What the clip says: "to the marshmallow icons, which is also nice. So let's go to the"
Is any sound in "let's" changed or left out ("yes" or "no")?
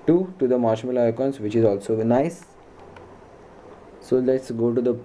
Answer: no